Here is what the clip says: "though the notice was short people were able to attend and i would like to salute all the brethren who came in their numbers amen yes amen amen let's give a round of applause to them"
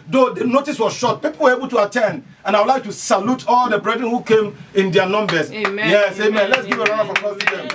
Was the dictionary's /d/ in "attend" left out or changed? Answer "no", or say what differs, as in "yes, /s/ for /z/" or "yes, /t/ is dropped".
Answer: no